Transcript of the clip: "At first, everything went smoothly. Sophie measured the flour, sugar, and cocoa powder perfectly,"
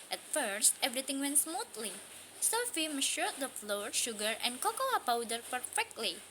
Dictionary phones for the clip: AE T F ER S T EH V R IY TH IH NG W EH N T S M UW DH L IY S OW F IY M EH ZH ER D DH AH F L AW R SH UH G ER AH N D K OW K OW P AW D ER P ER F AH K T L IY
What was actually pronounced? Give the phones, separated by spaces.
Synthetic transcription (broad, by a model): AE T F ER S T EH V R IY T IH NG W EH N T S M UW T L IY S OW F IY M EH SH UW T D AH F L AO R SH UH G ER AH N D K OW K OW P AW D ER P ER F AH K T L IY